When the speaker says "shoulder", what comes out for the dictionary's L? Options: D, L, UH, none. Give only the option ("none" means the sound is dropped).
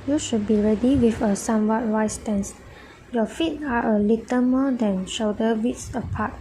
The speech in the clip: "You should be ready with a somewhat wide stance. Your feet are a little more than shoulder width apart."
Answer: none